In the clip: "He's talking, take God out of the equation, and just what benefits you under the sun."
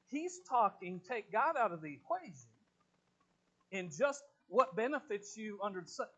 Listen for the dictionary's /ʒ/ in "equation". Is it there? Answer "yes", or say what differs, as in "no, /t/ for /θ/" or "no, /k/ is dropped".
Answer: yes